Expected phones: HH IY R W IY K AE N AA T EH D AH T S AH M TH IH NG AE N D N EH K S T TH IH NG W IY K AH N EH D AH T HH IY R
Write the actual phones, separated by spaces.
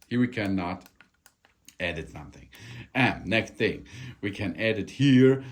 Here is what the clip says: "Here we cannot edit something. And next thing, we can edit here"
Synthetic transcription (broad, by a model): HH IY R W IY K AE N AA T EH D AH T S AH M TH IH NG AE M N EH K S T TH IH NG W IY K AH N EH D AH T HH IY R